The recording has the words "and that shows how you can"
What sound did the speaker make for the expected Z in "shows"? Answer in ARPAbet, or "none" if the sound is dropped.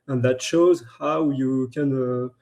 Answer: Z